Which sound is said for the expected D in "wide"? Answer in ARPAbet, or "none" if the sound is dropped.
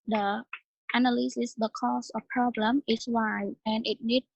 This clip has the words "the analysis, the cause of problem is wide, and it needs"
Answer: none